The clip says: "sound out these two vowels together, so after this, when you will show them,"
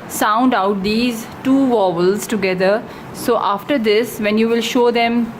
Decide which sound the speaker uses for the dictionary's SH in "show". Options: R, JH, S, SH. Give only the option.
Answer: SH